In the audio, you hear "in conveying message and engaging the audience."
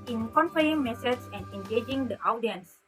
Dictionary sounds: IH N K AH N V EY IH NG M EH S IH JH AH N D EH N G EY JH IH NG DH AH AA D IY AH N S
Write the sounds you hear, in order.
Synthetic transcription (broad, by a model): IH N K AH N F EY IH NG M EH S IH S AH N D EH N G EY JH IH NG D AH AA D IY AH N S